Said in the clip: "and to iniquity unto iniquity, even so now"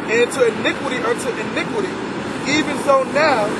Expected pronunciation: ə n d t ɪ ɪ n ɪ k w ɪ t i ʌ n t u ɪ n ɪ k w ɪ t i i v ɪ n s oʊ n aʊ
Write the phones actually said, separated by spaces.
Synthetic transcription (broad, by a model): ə n t ɪ ɪ n ɪ k w ɪ t i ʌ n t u ɪ n ɪ k w ɪ t i i v ɪ n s oʊ n aʊ